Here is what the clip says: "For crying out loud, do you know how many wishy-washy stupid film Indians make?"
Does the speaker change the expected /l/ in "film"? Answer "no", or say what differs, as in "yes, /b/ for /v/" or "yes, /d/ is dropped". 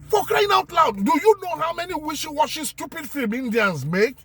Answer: yes, /l/ is dropped